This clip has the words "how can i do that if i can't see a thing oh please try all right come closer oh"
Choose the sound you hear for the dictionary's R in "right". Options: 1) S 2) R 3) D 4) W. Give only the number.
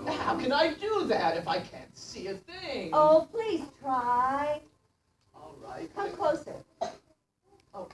2